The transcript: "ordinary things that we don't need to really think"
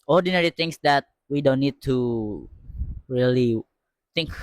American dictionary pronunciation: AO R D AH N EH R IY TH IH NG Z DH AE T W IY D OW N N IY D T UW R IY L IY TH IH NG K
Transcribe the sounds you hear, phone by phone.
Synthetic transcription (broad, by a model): AO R D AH N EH R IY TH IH NG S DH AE T W IY D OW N N IY D T UW R IY L IY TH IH NG K